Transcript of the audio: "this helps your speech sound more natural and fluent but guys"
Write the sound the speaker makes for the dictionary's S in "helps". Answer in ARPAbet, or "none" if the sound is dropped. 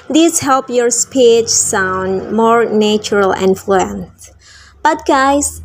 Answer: none